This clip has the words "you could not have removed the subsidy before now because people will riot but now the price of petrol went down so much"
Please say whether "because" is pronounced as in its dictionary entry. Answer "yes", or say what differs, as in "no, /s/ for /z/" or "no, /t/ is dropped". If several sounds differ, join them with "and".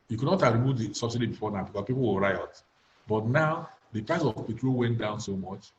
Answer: no, /s/ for /z/